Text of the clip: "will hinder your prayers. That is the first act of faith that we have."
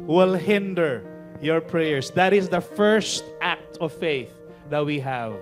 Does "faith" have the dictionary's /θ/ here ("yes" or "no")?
yes